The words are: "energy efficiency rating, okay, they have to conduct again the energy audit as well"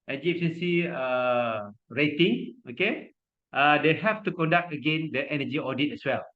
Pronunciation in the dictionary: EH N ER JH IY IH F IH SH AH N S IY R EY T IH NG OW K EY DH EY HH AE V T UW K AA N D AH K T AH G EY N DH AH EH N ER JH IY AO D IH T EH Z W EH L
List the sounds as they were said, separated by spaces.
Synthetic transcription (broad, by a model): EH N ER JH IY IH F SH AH N S IY R EY T IH NG OW K EY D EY HH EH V T UW K AA N D AH K T AH G EY N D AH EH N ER JH IY AO D IH T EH S W EH L